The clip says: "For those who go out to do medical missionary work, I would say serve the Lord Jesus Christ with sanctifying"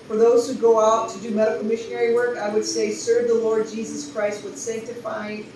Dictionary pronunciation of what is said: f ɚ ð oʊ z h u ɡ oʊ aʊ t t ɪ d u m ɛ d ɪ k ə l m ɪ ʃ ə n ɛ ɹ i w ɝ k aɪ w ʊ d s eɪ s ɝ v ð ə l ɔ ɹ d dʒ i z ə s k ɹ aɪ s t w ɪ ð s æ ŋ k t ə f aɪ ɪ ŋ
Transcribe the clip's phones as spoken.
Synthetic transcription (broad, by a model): f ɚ ð oʊ z h u ɡ oʊ aʊ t t ɪ d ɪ m ɛ d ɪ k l m ɪ ʃ ə n ɛ ɹ i w ɝ k aɪ w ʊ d s eɪ s ɝ v ð ə l ɔ ɹ d dʒ i z ə s k ɹ aɪ s t w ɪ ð s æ ŋ k t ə f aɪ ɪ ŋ